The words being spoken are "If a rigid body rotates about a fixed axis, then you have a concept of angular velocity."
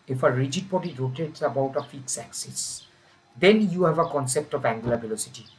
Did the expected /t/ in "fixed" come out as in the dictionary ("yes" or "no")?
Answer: no